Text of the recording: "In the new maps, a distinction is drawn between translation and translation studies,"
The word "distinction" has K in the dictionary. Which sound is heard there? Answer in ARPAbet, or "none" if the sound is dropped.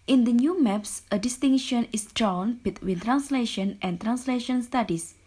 none